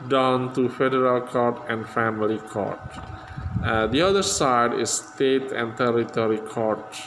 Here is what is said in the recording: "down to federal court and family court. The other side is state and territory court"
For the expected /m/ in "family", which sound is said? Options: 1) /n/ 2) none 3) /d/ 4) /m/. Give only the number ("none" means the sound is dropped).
4